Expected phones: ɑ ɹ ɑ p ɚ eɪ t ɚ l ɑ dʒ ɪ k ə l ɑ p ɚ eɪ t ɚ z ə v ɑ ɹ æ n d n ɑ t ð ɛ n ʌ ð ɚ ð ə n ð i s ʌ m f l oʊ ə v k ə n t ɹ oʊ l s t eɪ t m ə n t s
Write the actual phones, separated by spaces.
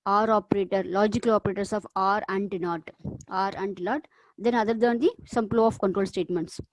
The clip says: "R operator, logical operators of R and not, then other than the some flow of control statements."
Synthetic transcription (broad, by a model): ɑ ɹ ɑ p ɚ eɪ t ɚ l ɑ dʒ ɪ k ə l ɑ p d eɪ t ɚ s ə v ɑ ɹ æ n d n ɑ t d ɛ n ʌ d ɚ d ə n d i s ʌ m p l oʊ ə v k ə n t ɹ oʊ l s t eɪ t m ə n t s